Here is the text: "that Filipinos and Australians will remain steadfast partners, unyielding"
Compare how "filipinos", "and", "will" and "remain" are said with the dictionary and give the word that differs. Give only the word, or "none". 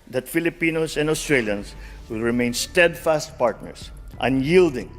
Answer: filipinos